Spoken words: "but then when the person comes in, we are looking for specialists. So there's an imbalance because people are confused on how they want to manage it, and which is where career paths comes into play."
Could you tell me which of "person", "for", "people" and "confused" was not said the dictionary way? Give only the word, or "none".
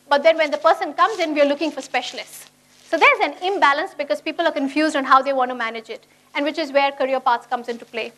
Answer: none